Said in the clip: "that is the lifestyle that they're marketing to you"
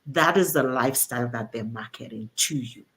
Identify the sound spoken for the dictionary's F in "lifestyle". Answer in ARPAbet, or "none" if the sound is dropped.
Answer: F